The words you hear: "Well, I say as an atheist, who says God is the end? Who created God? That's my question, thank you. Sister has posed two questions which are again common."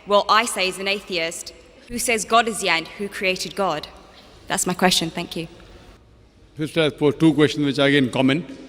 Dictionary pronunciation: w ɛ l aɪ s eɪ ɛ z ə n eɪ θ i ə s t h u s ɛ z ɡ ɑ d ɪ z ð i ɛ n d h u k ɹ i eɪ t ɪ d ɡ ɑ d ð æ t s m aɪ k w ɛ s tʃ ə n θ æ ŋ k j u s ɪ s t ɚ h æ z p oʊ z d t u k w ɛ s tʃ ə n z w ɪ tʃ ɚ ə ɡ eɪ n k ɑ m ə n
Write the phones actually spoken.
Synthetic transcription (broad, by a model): w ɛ l aɪ s eɪ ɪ z ə n eɪ θ i ə s t h u s ɛ z ɡ ɑ d ɪ z ð i ɛ n d h u k ɹ i eɪ t ɪ d ɡ ɑ d ð æ t s m aɪ k w ɛ s tʃ ə n θ æ ŋ k j u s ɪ s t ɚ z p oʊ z t u k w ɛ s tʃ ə n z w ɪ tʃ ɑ ə ɡ eɪ n k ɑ m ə n